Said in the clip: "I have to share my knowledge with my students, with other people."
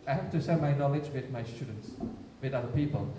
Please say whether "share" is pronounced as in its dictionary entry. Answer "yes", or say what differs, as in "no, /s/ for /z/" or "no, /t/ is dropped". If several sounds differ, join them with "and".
no, /s/ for /ʃ/